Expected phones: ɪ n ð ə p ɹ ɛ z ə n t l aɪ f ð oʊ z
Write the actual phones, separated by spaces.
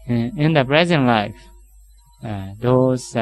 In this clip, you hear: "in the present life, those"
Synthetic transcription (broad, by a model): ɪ n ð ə p ɹ ɛ z ə n t l aɪ f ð oʊ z